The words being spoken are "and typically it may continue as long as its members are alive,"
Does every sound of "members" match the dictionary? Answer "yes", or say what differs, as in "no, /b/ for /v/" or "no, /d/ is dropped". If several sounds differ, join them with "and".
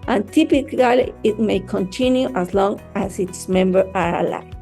no, /z/ is dropped